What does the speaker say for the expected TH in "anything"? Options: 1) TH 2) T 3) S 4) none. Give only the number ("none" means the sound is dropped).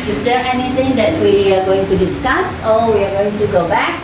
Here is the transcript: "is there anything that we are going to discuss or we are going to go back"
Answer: 2